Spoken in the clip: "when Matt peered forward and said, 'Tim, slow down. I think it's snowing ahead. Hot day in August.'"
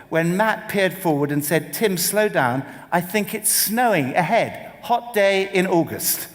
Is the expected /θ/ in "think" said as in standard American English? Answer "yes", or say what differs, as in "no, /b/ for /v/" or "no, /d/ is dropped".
yes